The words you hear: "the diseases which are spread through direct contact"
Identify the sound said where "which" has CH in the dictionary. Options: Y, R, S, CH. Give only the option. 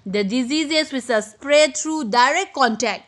S